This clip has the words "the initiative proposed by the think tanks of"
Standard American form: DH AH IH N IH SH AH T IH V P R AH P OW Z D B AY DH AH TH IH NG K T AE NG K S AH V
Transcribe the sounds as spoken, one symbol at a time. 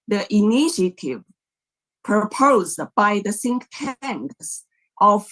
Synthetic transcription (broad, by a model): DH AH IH N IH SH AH T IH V P R AH P OW Z D B AY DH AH S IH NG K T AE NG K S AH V